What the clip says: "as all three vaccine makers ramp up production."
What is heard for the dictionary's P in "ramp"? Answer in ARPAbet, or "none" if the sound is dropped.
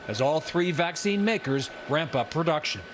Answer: P